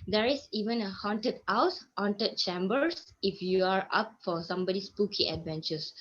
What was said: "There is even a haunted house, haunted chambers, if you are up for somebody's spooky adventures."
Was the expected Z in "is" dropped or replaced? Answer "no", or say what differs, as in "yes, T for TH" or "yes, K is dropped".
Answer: yes, S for Z